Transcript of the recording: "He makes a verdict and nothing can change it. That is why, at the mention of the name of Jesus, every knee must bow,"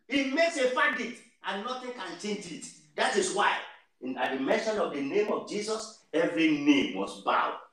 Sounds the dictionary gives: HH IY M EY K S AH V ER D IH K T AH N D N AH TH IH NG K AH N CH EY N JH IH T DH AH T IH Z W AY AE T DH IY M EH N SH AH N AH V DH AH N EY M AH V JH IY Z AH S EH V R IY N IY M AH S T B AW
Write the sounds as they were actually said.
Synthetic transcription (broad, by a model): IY M EY K S AH F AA D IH T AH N N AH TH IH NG K AH N CH EY N JH IH T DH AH T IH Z W AY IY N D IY M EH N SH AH N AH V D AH N EY M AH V JH IY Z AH S EH V R IY N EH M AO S B AW